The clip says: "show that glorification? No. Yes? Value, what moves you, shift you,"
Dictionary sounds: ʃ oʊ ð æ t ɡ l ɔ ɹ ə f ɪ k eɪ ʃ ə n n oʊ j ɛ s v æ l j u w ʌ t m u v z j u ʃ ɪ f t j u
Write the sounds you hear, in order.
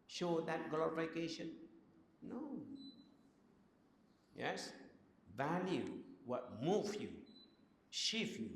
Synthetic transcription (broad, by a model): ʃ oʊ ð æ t ɡ l ɔ ɹ ə f ɪ k eɪ ʃ ə n n oʊ j ɛ s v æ l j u w ʌ t m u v j u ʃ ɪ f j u